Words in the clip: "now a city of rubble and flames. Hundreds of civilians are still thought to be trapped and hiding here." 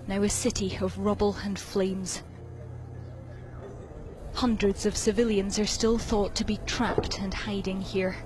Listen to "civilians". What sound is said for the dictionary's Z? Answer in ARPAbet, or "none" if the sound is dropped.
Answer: Z